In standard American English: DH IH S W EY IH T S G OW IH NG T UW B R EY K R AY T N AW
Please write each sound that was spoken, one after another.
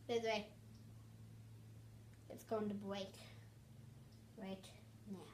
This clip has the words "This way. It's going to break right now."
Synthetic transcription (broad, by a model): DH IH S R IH IH T S G OW IH NG T UW B W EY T R AY T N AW